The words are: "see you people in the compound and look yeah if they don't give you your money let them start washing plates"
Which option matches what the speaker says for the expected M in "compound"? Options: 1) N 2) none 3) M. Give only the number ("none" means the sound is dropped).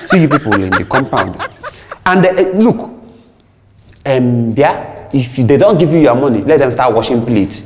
3